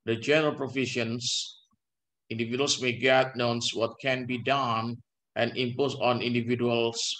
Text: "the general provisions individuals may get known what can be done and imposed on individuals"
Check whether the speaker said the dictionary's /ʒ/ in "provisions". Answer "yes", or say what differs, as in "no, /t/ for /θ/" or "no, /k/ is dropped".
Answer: no, /ʃ/ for /ʒ/